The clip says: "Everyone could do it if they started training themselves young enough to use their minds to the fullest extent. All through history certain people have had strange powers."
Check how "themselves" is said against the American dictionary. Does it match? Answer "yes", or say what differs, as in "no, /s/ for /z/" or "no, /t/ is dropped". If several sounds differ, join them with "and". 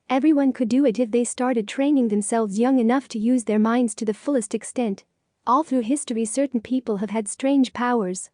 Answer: yes